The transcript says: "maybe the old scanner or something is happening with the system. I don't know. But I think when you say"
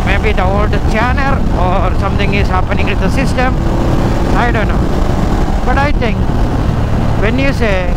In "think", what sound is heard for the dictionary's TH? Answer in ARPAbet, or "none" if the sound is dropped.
T